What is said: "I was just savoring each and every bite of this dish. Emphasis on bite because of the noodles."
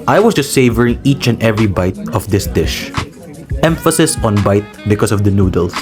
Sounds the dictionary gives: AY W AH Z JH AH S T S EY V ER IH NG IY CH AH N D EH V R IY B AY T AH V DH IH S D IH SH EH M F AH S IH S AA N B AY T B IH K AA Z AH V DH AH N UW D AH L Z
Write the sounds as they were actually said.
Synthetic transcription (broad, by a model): AY W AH S JH AH S T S EY V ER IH NG IY CH AH N D EH V R IY B AY T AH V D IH S D IH SH EH M F AH S IH S AA N B AY T B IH K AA S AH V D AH N UW D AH L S